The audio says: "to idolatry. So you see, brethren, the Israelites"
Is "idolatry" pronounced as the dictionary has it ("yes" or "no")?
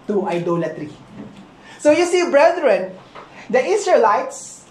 yes